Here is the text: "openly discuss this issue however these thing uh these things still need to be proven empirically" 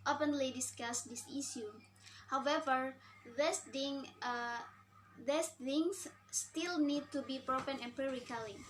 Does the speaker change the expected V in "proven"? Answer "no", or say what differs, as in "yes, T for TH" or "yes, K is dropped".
yes, F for V